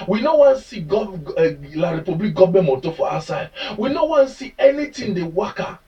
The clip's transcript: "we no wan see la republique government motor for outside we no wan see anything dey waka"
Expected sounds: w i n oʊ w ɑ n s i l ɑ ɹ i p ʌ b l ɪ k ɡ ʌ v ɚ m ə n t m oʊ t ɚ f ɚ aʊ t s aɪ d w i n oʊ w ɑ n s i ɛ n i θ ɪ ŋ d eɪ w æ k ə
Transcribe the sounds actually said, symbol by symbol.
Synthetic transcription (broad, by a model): w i n oʊ w ɑ n s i l ɑ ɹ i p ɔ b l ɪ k ɡ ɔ b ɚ m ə t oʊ f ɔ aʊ s aɪ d w i n oʊ w ɑ n s i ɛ n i t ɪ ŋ d eɪ w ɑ k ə